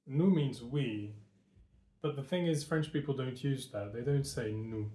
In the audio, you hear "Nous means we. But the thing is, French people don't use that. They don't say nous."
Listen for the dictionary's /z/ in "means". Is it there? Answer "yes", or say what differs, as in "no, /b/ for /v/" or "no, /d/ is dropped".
yes